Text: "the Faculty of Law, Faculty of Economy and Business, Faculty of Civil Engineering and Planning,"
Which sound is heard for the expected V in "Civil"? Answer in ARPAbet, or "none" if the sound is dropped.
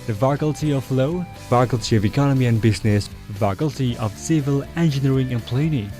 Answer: V